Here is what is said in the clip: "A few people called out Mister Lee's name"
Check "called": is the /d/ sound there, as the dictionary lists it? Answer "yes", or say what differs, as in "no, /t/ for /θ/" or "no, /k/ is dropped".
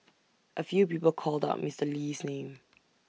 yes